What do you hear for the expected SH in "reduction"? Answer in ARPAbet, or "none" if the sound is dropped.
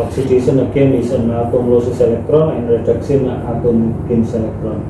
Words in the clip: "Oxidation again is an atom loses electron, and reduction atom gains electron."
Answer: S